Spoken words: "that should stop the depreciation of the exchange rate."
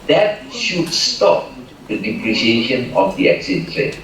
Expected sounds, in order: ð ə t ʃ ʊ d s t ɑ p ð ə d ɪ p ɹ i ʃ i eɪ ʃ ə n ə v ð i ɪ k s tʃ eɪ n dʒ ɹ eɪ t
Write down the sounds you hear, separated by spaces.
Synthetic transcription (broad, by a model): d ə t ʃ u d s t ɑ p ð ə d ɪ p ɹ i ʃ i eɪ ʃ ə n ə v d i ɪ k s eɪ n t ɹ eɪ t